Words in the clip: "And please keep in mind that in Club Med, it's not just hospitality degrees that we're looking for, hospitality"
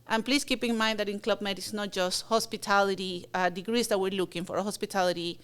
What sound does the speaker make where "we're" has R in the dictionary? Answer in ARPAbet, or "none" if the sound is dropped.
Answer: R